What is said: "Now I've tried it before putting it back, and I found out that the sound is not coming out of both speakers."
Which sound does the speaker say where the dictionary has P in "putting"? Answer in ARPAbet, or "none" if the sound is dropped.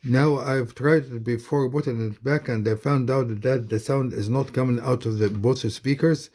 B